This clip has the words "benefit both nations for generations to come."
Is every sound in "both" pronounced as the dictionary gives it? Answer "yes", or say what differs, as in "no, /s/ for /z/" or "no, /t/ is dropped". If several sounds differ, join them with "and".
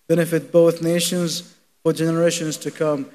yes